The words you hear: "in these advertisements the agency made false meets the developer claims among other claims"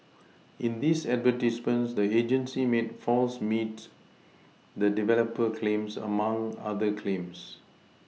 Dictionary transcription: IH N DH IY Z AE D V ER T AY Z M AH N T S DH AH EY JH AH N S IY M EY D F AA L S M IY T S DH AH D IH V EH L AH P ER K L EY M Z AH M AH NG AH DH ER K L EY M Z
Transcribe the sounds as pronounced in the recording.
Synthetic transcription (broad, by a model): IH N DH IY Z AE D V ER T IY S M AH N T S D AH EY JH AH N S IY M EY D F AA L S M IY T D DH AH D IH V EH L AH P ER K L EY M S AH M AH NG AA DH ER K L EY M S